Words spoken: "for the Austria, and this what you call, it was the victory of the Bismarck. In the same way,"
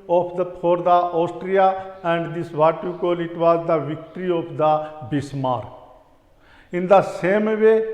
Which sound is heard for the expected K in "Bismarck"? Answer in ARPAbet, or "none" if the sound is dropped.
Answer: none